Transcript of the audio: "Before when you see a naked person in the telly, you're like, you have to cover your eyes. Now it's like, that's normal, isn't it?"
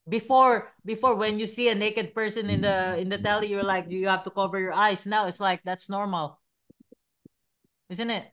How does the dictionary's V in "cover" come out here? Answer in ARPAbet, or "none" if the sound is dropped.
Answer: V